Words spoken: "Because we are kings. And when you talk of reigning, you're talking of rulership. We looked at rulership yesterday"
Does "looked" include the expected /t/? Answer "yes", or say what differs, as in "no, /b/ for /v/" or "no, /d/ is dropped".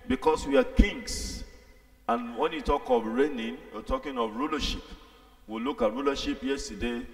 no, /t/ is dropped